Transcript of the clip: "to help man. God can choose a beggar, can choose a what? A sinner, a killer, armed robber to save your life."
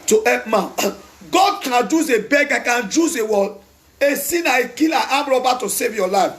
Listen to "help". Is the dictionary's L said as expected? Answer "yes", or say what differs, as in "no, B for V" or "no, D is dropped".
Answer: no, L is dropped